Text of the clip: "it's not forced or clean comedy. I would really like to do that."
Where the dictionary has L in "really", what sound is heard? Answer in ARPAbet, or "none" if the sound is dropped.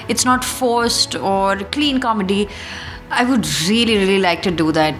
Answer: L